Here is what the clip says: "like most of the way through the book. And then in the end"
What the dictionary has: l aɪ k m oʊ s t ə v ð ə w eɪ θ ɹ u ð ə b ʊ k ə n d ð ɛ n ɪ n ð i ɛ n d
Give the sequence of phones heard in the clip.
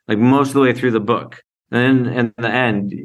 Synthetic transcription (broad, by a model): l aɪ k m oʊ s t ə v ð ə w eɪ θ ɹ u ð ə b ʊ k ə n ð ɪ n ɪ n ð i ɛ n d